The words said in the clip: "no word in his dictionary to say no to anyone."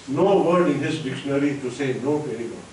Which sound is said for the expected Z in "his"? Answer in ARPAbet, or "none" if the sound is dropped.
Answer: S